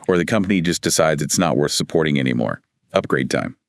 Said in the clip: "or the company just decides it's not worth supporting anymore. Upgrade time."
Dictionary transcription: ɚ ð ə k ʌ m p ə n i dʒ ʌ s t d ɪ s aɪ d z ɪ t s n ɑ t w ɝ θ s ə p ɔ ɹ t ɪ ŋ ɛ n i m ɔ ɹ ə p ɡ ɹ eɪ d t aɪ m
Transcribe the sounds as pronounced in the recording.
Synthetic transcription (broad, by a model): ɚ ð ə k ʌ m p ə n i dʒ ʌ s d ɪ s aɪ d z ɪ t s n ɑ t w ɝ θ s ə p ɔ ɹ t ɪ ŋ ɛ n i m ɔ ɹ ə p ɡ ɹ eɪ d t aɪ m